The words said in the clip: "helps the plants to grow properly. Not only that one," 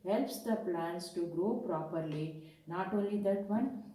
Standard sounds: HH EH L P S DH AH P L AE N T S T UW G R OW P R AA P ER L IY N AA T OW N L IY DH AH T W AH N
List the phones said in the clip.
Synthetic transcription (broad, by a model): HH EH L P S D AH P L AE N S T UW G R OW P R AA P ER L IY N AA T OW N L IY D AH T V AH N